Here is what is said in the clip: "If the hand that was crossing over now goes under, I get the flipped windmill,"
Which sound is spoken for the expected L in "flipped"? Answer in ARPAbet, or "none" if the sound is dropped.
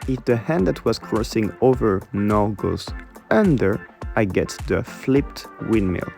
L